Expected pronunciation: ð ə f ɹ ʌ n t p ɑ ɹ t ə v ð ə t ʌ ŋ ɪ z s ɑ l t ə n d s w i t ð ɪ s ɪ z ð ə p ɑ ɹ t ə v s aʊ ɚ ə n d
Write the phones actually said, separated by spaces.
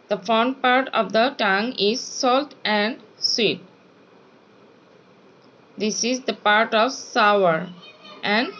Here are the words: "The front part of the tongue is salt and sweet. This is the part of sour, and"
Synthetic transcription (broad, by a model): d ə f ɔ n p ɑ ɹ t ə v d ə t ʌ ŋ ɪ z s ɑ l t ə n d s w i t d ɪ s ɪ z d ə p ɑ ɹ t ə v s aʊ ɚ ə n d